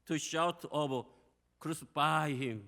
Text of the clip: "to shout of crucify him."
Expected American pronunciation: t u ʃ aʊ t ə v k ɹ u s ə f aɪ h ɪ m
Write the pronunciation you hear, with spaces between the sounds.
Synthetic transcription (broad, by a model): t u ʃ aʊ t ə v k ɹ u s ə f aɪ h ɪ m